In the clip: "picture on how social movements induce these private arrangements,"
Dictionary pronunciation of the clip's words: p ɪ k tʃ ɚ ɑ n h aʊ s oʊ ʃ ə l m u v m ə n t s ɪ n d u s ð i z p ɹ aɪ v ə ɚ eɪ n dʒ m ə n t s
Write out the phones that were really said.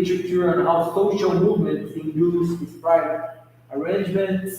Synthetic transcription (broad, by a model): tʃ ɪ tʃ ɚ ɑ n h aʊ s oʊ ʃ ə l m u v m ə n t s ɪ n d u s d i s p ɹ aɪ ə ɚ eɪ n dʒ m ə n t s